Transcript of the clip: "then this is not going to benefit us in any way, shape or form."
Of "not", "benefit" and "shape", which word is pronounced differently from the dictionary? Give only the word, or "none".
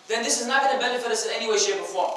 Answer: shape